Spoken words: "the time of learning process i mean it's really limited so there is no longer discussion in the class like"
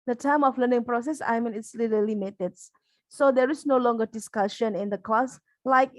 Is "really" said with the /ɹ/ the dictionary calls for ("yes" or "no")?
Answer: no